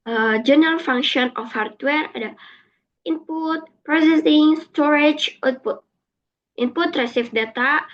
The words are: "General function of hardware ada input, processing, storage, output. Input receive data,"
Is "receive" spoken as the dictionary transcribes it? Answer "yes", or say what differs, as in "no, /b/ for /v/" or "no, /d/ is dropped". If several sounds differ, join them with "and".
no, /f/ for /v/